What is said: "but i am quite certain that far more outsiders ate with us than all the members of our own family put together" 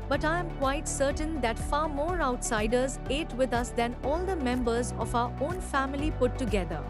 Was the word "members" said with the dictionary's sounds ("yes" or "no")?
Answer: yes